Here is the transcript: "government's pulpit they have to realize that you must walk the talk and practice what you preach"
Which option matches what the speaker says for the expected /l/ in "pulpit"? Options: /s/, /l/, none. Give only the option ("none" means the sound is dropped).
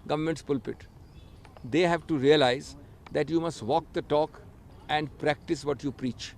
/l/